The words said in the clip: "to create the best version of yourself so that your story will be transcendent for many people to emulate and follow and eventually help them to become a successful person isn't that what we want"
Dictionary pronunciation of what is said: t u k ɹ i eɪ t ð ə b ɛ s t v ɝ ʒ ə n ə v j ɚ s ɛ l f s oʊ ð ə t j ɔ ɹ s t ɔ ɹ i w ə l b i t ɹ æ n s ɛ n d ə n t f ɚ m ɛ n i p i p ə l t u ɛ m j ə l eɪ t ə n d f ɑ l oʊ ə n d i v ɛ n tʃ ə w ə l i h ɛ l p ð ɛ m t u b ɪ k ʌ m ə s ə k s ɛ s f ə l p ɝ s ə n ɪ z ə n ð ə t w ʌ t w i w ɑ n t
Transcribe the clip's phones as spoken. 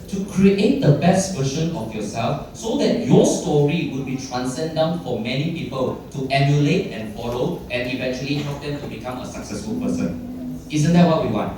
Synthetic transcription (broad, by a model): t u k ɹ i eɪ t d ə b ɛ s t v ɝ ʃ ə n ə f j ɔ s ɛ l f s oʊ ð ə t j ɔ s t ɔ ɹ i w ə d b i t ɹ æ n s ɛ n d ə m f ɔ m ɛ n i p i p ə l t u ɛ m j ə l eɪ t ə n f ɑ l oʊ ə n i v ɛ n tʃ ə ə l i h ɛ p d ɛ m t u b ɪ k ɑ m ə s ə k s ɛ s f ə l p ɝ s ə n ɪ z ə n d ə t w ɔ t w i w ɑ n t